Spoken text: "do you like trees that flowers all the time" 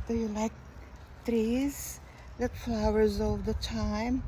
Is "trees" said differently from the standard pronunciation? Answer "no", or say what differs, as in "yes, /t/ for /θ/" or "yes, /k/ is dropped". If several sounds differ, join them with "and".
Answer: no